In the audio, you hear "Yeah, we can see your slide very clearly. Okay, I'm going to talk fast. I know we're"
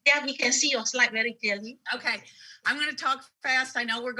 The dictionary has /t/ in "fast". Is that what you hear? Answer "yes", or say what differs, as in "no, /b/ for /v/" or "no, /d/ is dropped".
yes